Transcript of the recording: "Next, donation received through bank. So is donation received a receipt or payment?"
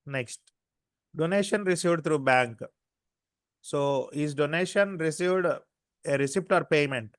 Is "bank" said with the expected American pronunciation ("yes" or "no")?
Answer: yes